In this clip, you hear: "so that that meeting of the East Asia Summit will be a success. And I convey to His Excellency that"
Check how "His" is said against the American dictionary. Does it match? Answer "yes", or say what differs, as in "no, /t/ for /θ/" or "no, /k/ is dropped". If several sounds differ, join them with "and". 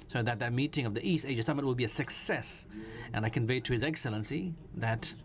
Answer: yes